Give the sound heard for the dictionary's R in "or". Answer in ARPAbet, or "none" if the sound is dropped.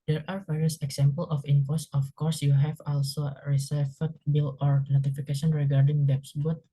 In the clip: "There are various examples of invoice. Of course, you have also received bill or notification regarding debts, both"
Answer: R